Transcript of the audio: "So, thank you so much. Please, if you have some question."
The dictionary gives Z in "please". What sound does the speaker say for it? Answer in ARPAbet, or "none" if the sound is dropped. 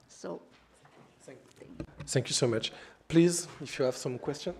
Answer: Z